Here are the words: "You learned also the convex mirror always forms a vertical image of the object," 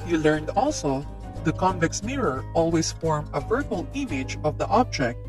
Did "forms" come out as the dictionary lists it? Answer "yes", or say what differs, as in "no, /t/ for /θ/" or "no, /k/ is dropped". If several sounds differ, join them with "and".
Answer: no, /z/ is dropped